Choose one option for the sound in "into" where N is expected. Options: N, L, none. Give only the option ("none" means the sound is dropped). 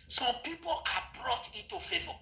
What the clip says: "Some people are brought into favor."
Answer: none